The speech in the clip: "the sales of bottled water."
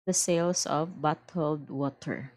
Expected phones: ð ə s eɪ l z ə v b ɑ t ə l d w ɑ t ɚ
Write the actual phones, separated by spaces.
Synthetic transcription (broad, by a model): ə s eɪ l s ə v b ɑ t ə l d w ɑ t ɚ